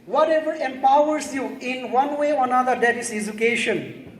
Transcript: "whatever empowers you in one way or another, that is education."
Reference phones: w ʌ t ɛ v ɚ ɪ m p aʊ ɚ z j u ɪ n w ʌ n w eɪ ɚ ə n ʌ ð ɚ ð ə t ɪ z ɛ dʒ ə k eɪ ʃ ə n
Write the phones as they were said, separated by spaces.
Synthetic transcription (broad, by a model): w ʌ t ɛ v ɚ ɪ m p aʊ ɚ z j u ɪ n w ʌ n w eɪ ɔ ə n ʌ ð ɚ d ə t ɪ s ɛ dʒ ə k eɪ ʃ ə n